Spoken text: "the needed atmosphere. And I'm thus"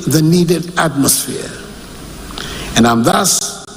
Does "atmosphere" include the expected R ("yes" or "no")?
yes